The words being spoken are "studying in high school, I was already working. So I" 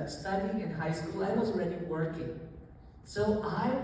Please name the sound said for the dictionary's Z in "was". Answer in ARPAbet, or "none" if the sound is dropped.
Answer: Z